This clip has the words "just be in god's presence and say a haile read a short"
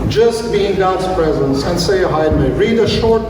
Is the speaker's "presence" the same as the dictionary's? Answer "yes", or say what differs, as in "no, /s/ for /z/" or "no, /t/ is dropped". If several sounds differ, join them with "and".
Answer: yes